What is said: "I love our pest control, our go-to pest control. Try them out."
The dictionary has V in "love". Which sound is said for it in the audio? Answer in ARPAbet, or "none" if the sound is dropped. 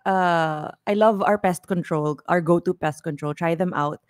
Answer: V